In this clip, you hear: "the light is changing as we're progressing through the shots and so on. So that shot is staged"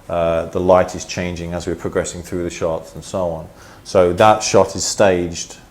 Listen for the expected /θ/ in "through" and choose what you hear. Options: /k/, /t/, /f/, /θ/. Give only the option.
/θ/